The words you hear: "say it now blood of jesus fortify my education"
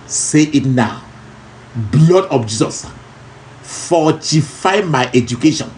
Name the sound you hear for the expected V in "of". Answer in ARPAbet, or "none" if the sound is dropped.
P